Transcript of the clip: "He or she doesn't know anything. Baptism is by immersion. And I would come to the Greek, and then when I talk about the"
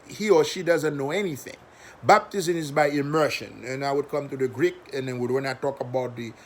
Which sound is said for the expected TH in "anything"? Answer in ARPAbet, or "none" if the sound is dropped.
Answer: TH